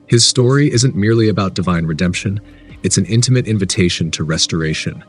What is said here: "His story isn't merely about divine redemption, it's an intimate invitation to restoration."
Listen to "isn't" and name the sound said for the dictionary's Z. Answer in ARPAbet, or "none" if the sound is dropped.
Z